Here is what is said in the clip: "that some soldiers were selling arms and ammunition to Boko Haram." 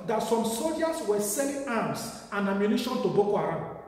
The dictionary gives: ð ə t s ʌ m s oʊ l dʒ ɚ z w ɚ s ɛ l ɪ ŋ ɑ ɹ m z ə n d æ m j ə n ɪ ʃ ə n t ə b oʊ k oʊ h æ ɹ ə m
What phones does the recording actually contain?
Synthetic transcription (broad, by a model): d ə t s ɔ m s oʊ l dʒ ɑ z w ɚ s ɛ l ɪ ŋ ɑ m s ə n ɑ m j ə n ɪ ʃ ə n t ə b oʊ k oʊ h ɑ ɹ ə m